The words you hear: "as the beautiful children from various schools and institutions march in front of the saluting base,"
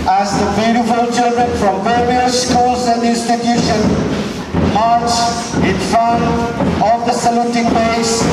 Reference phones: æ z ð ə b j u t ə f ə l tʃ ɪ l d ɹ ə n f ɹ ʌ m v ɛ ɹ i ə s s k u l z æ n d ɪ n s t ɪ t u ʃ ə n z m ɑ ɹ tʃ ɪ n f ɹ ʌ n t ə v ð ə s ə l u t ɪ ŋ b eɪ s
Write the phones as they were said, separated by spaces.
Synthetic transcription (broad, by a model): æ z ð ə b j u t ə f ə l tʃ ɪ l d ɹ ə n f ɹ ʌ m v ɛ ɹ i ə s s k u l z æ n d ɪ n s t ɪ t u ʃ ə n m ɑ ɹ tʃ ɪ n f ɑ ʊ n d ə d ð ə s ə l u t ɪ ŋ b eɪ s